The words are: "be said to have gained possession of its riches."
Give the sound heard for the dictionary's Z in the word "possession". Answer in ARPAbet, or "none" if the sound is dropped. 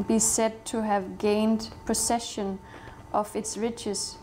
S